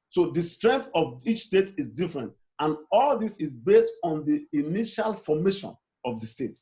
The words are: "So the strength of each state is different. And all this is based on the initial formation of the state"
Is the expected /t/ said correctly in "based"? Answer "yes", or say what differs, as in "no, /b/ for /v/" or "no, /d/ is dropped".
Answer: yes